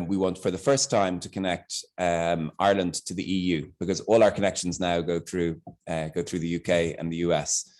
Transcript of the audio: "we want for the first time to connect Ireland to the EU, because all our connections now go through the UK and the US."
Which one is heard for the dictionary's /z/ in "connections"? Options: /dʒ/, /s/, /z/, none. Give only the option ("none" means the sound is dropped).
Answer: /z/